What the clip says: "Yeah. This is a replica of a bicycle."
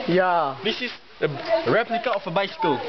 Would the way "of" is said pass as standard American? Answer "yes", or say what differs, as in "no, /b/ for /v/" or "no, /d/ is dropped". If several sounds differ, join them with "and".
no, /f/ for /v/